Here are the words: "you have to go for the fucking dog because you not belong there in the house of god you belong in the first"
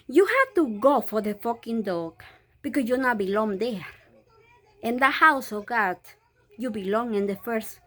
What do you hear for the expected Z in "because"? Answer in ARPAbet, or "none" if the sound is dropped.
S